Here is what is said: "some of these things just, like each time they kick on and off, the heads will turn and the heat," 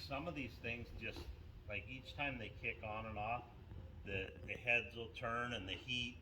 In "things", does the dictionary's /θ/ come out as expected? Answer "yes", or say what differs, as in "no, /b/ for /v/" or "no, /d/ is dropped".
yes